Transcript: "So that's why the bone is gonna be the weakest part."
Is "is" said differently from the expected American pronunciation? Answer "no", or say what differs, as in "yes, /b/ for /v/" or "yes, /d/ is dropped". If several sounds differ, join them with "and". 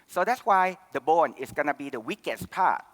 yes, /s/ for /z/